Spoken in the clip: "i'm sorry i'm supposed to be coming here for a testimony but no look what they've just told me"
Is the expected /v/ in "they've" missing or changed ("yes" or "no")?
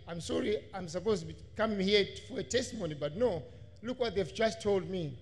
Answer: no